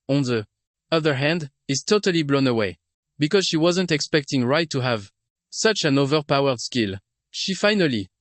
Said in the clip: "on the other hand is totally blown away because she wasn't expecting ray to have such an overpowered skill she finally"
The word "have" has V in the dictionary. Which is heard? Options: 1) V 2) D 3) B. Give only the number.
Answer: 1